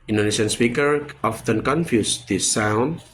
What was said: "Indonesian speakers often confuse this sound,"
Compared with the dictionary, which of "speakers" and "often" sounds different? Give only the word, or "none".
speakers